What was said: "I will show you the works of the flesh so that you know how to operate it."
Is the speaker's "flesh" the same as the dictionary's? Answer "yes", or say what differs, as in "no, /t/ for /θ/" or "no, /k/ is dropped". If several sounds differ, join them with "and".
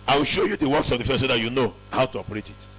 no, /l/ is dropped